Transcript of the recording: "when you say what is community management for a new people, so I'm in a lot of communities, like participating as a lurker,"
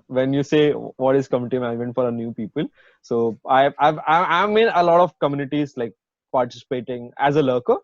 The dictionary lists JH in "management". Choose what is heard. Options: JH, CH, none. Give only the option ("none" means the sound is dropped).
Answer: none